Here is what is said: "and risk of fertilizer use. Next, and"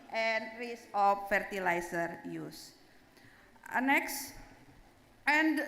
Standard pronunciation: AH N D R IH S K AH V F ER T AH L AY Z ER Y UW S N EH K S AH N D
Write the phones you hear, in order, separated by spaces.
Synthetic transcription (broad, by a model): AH N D R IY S AH F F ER T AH L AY S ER Y UW S N EH K S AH N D